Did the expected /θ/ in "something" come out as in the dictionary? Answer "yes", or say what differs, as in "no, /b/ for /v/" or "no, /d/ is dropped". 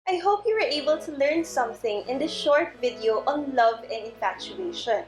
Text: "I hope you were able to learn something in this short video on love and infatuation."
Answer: yes